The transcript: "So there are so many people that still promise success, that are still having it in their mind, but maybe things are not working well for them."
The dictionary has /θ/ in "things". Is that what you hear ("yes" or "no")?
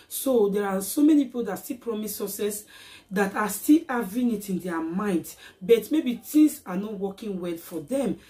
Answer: no